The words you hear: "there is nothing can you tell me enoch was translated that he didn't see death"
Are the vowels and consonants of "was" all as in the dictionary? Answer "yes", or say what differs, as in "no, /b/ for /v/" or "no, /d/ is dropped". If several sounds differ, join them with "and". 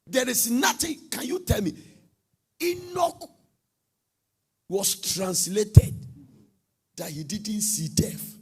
no, /s/ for /z/